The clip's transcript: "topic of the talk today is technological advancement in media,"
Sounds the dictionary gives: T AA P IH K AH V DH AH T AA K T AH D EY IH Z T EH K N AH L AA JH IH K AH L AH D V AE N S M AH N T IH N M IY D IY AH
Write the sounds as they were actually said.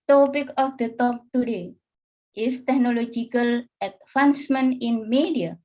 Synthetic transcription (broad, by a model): T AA P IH K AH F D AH T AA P T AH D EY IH S T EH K N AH L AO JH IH K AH L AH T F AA N S M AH N IH N M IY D IY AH